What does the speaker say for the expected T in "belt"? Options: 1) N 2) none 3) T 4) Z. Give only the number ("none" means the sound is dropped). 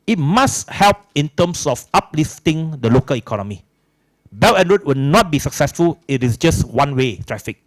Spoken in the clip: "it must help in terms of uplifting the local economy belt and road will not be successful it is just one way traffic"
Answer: 2